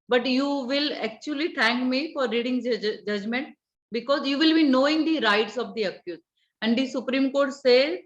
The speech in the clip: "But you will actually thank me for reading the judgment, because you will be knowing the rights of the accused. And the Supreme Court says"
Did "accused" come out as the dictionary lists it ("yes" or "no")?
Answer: no